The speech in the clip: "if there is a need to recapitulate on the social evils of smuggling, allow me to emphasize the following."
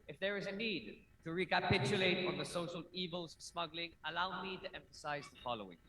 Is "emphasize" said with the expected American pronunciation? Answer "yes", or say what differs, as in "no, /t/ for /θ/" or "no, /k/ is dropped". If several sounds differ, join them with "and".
yes